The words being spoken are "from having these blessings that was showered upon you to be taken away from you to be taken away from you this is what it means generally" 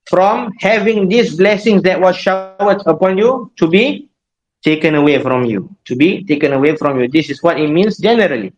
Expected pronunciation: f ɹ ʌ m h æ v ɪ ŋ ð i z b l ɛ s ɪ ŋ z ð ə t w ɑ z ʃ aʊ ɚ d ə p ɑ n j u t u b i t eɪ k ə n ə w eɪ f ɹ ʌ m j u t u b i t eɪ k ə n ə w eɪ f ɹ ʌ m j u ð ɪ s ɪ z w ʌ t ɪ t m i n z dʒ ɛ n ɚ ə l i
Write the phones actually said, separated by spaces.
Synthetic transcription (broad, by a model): f ɹ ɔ m h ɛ v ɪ ŋ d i s b l ɛ s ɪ ŋ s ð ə t w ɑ ʃ aʊ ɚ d ə p ɑ n j u t u b i t eɪ k ə n ə w eɪ f ɹ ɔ m j u t u b i t eɪ k ə n ə w eɪ f ɹ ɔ m j u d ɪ s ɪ s w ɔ t ɪ t m i n s dʒ ɛ n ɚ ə l i